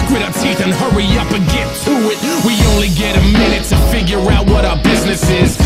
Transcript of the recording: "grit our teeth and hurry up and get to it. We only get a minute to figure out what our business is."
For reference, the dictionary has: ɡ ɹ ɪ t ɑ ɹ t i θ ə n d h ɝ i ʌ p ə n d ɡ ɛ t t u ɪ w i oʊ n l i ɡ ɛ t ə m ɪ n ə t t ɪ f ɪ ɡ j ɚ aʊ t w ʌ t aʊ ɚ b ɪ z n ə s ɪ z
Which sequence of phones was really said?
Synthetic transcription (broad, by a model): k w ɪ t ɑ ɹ t i θ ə n h ɝ i ʌ p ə ɡ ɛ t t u ɪ w i oʊ n l i ɡ ɛ t ə m ɪ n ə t t ɪ f ɪ ɡ j ɚ aʊ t w ʌ t aʊ ɚ b ɪ z n ə s ɪ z